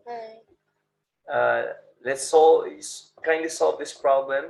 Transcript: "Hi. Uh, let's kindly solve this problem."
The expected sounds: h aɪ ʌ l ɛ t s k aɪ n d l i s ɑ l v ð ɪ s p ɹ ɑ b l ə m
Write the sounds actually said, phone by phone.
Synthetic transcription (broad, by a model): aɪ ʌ l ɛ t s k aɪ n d i s ɑ l v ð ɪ s p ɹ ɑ b l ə m